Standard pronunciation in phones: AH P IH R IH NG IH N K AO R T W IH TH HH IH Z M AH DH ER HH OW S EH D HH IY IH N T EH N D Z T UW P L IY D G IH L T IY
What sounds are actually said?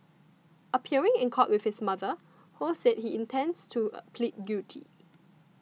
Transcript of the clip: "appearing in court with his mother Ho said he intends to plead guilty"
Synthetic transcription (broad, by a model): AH P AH R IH NG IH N K AO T W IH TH HH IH S M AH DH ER HH OW S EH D HH IY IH N T EH N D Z T UW P L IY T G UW T IY